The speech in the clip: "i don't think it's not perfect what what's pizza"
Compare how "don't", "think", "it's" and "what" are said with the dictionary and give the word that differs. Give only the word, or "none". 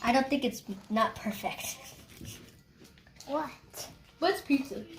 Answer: none